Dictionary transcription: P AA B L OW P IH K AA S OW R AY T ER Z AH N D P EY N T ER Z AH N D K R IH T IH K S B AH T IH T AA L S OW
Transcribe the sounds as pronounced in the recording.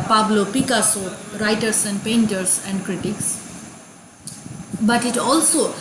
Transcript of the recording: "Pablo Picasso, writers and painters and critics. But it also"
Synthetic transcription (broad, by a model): P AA B L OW P IH K AA S OW R AY T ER S AH N D P EY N T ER S AH N D K R IH T IH K S B AH T IH T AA L S OW